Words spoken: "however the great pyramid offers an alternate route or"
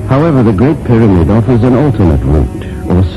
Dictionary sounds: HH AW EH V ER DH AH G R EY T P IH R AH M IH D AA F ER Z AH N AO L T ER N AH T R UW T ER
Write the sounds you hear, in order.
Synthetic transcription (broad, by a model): HH AW EH V ER DH AH G R EY T P IH R AH M IH D AA F ER Z AH N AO L T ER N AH T R UW T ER